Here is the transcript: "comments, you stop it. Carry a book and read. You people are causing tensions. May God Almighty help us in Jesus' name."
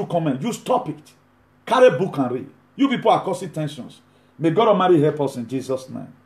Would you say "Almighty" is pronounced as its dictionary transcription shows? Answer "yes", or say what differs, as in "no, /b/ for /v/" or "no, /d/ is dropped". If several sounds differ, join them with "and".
no, /l/ is dropped